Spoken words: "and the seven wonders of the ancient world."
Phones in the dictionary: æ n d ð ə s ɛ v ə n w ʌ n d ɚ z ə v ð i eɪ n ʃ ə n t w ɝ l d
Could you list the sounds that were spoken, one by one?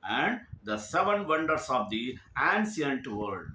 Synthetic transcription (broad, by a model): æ n d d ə s ɛ v ə n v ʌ n d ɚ s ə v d i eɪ n s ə n t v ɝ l d